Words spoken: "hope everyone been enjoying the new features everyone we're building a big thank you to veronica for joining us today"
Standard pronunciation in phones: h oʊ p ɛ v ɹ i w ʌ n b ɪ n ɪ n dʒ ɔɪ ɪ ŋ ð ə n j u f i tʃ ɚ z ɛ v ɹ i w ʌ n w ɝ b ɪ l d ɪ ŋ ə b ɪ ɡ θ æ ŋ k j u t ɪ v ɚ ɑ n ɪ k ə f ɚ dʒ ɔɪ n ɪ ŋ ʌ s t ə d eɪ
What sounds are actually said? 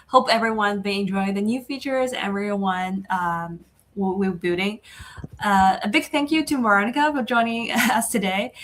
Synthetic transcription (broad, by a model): h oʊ p ɛ v ɹ i w ʌ n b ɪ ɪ n dʒ ɔɪ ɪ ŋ ð ə n j u f i tʃ ɚ z ɛ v ɹ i w ʌ n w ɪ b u d ɪ ŋ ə b ɪ ɡ θ æ ŋ k j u t ɪ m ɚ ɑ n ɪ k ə f ɚ dʒ ɔɪ n ɪ ŋ ʌ s t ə d eɪ